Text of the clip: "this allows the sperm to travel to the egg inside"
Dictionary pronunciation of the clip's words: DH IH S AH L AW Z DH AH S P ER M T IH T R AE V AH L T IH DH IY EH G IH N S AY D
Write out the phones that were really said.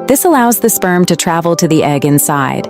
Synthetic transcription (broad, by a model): DH IH S AH L AW Z DH AH S P ER M T IH T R AE V L T IH DH IY EH G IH N S AY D